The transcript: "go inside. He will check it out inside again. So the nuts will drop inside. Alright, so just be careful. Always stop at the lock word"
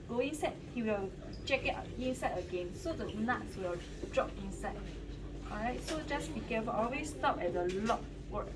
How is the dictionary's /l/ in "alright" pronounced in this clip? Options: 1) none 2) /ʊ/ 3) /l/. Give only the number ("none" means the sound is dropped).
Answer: 1